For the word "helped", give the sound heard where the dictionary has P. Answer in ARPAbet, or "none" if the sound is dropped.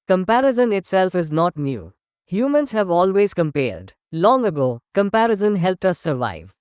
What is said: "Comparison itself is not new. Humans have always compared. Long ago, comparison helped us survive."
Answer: P